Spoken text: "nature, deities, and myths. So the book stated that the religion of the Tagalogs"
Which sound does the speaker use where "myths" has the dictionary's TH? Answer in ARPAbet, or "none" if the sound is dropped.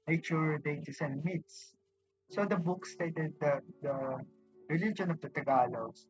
T